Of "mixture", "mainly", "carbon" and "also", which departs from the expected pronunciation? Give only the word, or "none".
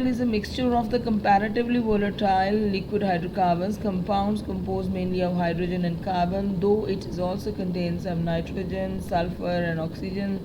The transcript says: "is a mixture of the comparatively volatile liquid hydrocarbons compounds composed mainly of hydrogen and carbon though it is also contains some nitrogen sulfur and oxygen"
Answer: none